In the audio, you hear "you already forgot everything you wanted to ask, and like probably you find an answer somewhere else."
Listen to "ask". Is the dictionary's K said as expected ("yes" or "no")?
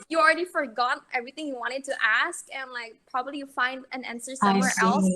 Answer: yes